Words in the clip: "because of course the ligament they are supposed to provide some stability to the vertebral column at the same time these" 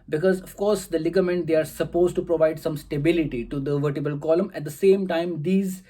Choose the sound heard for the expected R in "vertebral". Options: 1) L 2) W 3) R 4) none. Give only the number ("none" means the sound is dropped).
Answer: 4